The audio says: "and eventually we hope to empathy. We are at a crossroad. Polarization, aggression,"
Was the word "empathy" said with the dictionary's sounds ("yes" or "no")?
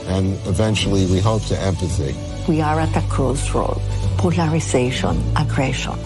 no